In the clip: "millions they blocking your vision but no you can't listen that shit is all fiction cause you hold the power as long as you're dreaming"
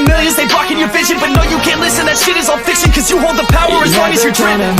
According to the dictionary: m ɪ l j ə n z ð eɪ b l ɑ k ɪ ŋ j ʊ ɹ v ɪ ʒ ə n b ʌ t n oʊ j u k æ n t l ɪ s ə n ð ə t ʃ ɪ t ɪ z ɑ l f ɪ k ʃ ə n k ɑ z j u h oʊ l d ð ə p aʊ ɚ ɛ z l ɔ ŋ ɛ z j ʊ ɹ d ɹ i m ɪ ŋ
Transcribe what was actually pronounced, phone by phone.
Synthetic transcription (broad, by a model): m ɪ l j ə n z ð eɪ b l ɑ k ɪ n j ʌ ɹ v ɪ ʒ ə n b ʌ t n oʊ j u k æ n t l ɪ s ə n ð ə t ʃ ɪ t ɪ z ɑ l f ɪ k s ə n k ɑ z j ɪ h oʊ l d ð ə p aʊ ɚ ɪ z w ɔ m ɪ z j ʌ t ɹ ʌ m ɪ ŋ